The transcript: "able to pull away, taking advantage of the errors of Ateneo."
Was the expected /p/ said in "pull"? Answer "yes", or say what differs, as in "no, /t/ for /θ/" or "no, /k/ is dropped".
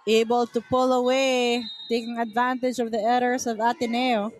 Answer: yes